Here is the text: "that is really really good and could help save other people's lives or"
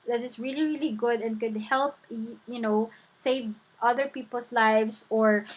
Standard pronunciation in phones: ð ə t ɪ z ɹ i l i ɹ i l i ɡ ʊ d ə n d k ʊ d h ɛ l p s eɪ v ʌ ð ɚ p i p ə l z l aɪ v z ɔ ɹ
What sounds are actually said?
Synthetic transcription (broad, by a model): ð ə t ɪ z ɹ i l i ɹ i l i ɡ ʊ d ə n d k ʊ d h ɛ l p s eɪ v ʌ ð ɚ p i p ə l s l aɪ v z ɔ ɹ